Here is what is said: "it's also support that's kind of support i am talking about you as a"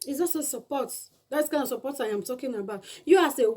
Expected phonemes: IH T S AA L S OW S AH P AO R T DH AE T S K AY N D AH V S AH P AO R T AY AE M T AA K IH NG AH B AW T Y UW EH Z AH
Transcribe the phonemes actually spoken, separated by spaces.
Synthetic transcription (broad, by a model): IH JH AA S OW S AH P AO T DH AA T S K AY N D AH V S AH P AO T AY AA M T AA K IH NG AH B AW T Y UW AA S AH